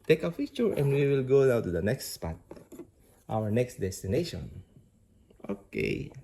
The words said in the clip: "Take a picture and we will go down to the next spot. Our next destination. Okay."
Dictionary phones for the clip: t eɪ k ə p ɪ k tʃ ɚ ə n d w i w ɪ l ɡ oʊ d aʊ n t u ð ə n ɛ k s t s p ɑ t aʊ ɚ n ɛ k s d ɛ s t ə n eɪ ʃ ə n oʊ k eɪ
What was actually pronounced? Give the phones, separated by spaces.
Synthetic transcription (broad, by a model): t eɪ k ə f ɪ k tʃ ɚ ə n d w i w ɪ l ɡ oʊ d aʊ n t u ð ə n ɛ k s t s p ɑ t aʊ ɚ n ɛ k s d ɛ s t ə n eɪ ʃ ə n oʊ k eɪ